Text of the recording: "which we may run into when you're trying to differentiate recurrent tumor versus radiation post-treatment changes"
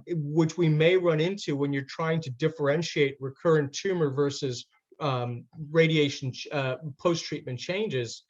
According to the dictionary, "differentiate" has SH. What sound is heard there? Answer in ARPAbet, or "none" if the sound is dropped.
SH